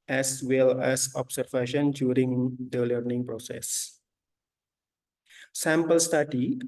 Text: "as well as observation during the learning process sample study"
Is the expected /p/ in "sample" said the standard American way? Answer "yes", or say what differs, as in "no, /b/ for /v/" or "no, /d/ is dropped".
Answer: yes